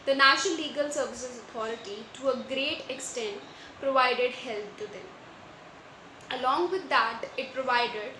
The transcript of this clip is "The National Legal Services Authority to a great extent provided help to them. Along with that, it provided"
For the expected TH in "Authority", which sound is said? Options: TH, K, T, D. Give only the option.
T